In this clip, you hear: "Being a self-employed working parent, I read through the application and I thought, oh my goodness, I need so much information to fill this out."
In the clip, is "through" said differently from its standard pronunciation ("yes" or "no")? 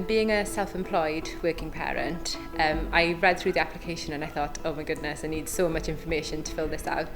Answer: no